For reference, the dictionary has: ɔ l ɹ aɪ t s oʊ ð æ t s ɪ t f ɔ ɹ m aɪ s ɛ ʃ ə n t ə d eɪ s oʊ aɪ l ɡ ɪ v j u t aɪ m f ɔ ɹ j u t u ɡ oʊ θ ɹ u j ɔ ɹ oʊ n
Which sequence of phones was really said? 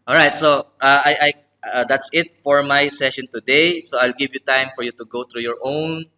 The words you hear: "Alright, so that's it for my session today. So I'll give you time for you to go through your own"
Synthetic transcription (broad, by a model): ɔ l ɹ aɪ t s oʊ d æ t s ɪ t f ɔ ɹ m aɪ s ɛ ʃ ə n t ə d eɪ s oʊ aɪ l ɡ ɪ v j u t aɪ m f ɔ ɹ j u t u ɡ oʊ t ɹ u j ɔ ɹ oʊ n